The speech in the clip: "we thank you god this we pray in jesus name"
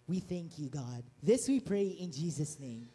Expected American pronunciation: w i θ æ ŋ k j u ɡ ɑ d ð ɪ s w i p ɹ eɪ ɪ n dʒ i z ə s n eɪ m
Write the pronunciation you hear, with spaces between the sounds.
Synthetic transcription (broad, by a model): w i θ æ ŋ k j u ɡ ɑ d ð ɪ s w i p ɹ eɪ ɪ n dʒ i z ə s n eɪ m